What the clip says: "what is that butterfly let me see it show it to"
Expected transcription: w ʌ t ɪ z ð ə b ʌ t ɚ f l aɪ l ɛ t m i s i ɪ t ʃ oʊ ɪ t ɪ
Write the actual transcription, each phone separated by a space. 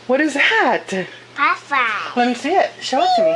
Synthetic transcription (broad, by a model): w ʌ t ɪ z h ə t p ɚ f aɪ l ɛ t m i s i ɪ t ʃ oʊ ɪ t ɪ